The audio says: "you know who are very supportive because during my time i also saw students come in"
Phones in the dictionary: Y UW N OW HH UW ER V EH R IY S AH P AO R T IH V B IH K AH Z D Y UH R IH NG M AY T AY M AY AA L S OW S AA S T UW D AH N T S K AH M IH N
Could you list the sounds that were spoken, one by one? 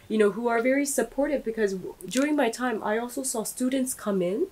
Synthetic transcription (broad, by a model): Y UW N OW HH UW ER V EH R IY S AH P AO R T IH V B IH K AH Z D Y UH R IH NG M AY T AY M AY AA L S OW S AA S T UW D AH N T S K AH M IH N